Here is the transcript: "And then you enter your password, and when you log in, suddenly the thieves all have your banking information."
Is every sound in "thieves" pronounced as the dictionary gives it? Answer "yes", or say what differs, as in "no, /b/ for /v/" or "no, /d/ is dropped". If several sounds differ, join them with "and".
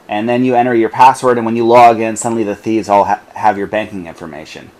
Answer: yes